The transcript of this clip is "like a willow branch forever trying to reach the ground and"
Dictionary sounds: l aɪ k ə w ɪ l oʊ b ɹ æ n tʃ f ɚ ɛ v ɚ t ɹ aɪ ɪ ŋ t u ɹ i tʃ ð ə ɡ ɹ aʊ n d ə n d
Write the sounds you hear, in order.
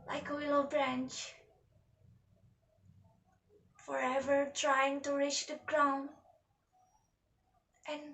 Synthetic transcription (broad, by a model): l aɪ k ə w ɪ l oʊ b ɹ æ n tʃ f ɚ ɛ v ɚ t ɹ aɪ ɪ ŋ t u ɹ i tʃ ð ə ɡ ɹ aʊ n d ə n